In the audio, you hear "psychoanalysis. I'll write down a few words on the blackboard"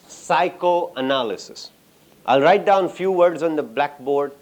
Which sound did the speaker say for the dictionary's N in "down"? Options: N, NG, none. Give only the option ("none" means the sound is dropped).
N